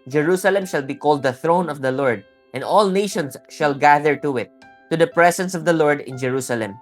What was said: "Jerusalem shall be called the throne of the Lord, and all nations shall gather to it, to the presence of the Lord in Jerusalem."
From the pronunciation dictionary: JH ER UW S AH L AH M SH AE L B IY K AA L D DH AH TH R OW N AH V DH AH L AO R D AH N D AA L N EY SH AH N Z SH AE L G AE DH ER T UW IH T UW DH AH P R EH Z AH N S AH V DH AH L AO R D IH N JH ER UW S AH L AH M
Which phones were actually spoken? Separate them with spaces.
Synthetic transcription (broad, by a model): JH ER UW S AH L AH M SH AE L B IY K AA L D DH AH TH R OW N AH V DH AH L AO R D AH N D AA L N EY SH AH N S SH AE L G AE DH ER T UW IH T UW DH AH P R EH S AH N S AH V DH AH L AO R D IH N JH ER UW S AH L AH M